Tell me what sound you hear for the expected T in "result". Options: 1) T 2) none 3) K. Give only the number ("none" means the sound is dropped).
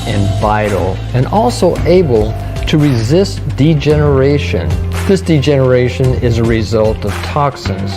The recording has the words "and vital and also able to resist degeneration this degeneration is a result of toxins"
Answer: 1